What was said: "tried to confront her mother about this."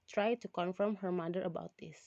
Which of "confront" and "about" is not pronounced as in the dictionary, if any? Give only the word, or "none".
confront